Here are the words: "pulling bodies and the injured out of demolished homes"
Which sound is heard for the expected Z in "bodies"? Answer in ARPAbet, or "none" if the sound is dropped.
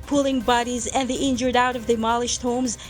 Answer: Z